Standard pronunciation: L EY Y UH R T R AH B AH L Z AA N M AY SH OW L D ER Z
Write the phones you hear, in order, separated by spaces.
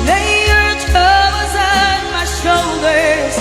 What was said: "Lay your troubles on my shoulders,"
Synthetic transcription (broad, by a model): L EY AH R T AH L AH Z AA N M AY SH OW L D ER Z